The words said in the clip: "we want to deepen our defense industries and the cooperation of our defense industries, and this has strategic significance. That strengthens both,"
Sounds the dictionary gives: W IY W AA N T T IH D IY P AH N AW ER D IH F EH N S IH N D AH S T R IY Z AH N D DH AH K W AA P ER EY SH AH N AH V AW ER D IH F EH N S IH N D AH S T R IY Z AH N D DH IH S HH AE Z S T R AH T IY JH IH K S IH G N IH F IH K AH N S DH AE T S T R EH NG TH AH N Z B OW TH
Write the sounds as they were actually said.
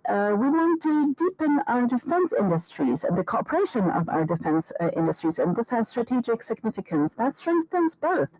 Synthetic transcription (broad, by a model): W IY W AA N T T IH D IY P AH N AW ER D IH F EH N S IH N D AH S T R IY Z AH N DH AH K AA P ER EY SH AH N AH V AW ER D IH F EH N S IH N D AH S T R IY Z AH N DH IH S HH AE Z S T R AH T IY JH IH K S IH G N IH F IH K AH N S DH AE T S T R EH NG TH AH N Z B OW TH